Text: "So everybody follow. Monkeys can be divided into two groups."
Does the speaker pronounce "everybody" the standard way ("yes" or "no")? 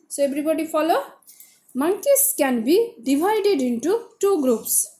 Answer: no